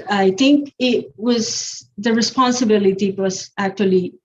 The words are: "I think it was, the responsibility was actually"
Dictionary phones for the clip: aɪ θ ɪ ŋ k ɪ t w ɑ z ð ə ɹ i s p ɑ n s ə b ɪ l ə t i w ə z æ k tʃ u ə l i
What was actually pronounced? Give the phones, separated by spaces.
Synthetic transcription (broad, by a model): aɪ t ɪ ŋ k ɪ t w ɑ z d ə ɹ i s p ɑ n s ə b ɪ l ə t i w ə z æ k tʃ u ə l i